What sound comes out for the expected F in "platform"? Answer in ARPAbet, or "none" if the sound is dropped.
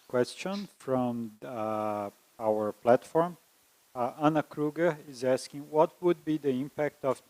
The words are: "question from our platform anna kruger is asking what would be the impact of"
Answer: F